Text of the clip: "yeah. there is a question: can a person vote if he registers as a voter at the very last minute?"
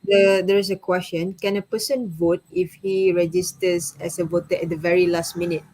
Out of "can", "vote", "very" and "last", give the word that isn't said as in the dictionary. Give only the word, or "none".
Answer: none